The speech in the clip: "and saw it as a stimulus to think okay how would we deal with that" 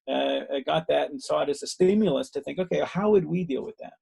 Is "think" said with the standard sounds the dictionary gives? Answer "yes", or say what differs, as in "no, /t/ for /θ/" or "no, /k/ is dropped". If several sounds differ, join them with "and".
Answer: yes